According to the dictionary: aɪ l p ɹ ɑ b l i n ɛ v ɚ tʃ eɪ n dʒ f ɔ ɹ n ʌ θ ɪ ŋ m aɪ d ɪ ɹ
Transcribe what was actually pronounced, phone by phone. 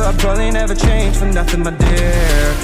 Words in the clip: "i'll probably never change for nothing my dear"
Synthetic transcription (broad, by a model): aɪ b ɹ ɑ l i n ɛ v ɚ tʃ eɪ n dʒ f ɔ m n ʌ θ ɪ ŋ m aɪ d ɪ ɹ